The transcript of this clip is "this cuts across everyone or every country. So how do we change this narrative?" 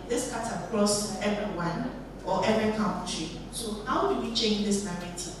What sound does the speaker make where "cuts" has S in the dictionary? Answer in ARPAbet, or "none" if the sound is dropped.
none